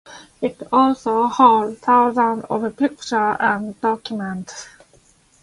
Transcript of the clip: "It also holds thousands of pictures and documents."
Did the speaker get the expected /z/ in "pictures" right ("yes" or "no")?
no